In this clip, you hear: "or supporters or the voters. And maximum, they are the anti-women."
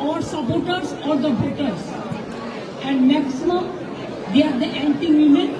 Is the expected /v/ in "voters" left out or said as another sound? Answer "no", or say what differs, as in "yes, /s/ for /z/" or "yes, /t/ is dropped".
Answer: yes, /b/ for /v/